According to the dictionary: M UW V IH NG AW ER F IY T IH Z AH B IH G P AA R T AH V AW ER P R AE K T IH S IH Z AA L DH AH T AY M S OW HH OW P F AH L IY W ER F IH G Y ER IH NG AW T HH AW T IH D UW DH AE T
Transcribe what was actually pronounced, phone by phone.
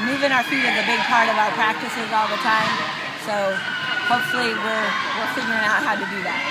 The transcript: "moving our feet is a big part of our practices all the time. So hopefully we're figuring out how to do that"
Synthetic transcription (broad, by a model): M UW V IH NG AW ER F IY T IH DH AH B IH G P AA R T AH V AW ER P R AE K T IH S IH Z AA L DH AH T AY M S OW HH OW P F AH W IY W ER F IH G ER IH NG AW T HH AW T IH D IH DH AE T